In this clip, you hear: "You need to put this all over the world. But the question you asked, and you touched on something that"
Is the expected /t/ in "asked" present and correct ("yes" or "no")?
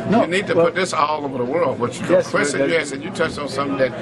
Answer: no